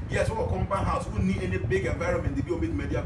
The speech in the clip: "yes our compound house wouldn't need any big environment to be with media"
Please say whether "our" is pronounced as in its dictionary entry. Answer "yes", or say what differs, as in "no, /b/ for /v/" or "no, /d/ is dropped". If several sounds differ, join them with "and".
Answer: no, /w/ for /ɹ/